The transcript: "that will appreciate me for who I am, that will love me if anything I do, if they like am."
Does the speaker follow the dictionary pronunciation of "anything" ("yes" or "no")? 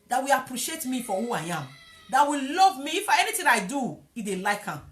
no